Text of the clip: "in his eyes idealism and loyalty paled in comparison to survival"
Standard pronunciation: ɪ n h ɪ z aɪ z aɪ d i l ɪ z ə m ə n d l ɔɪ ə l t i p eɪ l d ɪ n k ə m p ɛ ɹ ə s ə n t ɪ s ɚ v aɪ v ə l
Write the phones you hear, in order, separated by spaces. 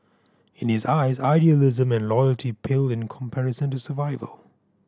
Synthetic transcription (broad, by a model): ɪ n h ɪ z aɪ z aɪ d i l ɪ z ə m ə n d l ɔɪ ə l t i p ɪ l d ɪ n k ə m p ɛ ɹ ə s ə n t ɪ s ɚ v aɪ v ə l